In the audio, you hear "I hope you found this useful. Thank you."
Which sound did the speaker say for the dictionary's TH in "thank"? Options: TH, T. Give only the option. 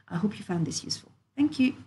TH